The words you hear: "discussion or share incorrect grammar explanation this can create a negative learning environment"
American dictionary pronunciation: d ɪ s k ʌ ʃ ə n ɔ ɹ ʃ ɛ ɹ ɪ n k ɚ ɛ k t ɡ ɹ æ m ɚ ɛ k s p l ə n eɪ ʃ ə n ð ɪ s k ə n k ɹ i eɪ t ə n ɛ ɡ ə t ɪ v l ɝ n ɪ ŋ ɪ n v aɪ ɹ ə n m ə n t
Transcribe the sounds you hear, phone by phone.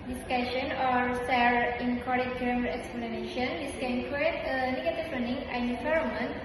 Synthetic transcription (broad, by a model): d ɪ s k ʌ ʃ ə n ɔ ɹ s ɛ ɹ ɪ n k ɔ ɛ t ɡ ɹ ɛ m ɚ ɛ k s p l ə n eɪ ʃ ə n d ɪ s k ə n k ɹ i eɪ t ə n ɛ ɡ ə t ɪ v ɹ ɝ n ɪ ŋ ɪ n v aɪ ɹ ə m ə n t